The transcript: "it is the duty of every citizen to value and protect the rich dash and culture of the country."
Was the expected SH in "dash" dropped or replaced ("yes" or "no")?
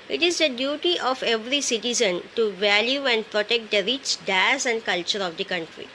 yes